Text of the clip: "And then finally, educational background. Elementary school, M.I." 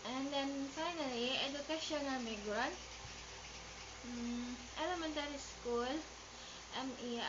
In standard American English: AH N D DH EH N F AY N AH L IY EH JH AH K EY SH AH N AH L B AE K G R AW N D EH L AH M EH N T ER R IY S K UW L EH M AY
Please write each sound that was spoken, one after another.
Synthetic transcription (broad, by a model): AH N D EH N F AY N AH L IY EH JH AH K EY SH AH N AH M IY G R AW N EH L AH M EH N T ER R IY S K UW L EH M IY